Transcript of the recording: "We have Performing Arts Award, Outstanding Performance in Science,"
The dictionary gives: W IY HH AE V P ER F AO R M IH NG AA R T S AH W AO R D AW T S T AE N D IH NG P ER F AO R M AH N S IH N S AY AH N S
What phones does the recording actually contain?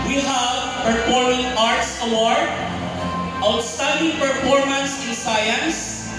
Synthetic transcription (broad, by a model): W IY HH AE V P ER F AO R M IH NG AA R T S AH W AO R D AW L S T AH D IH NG P ER F AO R M AH N S IH N S AY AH N S